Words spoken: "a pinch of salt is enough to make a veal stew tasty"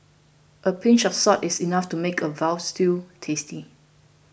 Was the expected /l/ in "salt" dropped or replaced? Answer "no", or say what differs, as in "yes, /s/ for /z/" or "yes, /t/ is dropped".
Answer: yes, /l/ is dropped